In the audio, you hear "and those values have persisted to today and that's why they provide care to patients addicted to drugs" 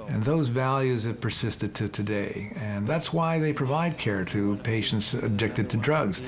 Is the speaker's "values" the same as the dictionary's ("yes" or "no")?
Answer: yes